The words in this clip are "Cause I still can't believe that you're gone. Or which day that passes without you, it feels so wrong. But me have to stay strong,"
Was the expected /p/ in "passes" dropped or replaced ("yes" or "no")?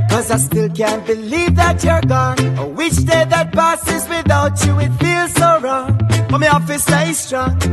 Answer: yes